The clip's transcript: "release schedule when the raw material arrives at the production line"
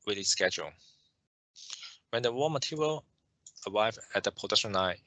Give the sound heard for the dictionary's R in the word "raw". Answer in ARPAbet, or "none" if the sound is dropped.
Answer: W